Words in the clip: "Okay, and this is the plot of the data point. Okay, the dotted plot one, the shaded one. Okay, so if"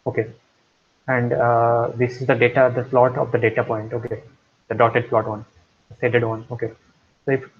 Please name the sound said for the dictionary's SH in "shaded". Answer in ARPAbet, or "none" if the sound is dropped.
S